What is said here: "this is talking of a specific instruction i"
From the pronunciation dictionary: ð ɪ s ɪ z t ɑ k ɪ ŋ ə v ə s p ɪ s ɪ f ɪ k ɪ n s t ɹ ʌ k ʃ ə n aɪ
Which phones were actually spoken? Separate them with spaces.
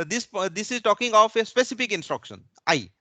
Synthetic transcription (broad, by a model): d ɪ s ɪ z t ɑ k ɪ ŋ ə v ə s p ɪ s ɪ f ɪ k ɪ n s t ɹ ʌ k ʃ ə n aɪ